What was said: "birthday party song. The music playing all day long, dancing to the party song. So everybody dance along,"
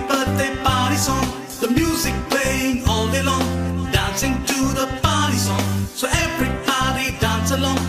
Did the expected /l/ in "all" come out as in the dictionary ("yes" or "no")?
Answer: yes